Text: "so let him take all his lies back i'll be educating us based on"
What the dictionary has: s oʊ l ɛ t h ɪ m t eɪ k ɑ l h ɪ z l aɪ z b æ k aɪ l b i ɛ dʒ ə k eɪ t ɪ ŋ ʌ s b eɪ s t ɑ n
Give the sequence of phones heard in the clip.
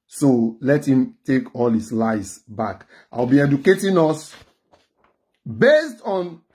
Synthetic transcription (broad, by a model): s oʊ l ɛ t h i m t eɪ k ɑ l h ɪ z l aɪ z b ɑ k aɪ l b i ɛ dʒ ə k eɪ t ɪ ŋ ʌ s b eɪ s t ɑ n